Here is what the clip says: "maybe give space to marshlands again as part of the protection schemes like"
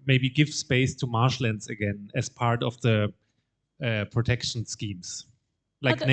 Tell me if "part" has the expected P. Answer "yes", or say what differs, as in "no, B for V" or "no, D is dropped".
yes